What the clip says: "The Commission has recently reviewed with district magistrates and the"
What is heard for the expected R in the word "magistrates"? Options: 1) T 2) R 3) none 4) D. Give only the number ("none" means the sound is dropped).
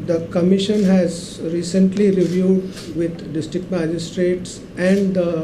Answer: 2